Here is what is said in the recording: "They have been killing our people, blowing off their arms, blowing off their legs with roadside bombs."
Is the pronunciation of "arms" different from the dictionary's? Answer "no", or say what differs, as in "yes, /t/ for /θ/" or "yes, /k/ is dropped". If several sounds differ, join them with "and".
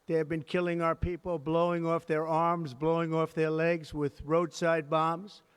no